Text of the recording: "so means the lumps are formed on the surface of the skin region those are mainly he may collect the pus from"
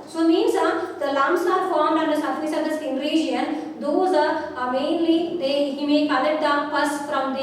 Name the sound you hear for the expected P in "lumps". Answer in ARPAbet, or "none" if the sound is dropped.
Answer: none